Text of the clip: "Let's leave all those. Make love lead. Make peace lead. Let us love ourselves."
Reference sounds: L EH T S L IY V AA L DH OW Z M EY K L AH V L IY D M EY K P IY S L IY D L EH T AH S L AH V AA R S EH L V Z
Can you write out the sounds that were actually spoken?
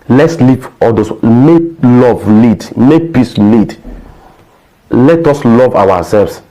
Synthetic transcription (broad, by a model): L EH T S L IY P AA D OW S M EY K L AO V L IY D M EY K P IY S L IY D L EH T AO S L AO V AA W S EH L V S